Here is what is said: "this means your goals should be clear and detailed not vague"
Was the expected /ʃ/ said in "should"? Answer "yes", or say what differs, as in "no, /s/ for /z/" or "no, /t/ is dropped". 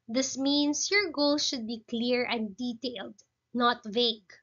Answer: yes